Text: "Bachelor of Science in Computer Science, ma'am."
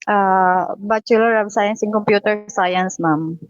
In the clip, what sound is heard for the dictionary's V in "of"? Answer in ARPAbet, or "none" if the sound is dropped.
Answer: B